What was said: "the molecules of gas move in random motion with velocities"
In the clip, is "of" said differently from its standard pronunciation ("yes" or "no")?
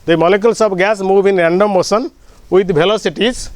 yes